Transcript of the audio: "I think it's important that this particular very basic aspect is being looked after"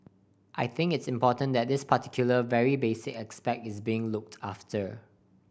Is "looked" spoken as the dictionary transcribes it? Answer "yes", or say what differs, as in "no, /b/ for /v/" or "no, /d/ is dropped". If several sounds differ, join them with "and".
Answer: yes